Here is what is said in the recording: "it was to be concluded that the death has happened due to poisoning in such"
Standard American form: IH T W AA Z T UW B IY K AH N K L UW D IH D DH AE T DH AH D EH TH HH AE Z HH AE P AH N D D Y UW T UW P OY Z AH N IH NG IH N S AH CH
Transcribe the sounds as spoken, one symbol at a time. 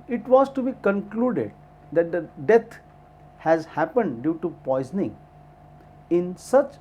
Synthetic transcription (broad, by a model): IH T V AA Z T UW B IY K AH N K L UW D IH D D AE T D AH D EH T HH AE Z HH AE P AH N D D Y UW T UW P OY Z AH N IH NG IH N S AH CH